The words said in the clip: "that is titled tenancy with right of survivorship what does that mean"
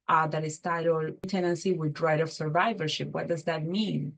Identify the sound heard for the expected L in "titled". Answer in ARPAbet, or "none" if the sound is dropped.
none